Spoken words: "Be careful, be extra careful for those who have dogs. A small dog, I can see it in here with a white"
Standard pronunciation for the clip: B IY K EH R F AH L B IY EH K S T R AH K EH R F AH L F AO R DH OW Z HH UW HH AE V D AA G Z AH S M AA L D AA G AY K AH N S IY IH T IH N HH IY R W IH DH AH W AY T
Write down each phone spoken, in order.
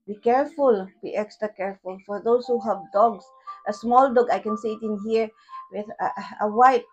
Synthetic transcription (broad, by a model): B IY K EH R F AH L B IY EH K S T R AH K EH R F AH L F AO R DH OW S HH UW HH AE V D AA G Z AH S M AA L D AA G AY K AH N S IY IH T IH N HH IY R W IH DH AH W AY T